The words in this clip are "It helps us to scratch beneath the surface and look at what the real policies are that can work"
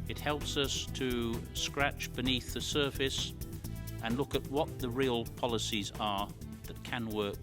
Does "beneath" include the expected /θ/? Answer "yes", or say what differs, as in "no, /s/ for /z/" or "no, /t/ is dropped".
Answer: yes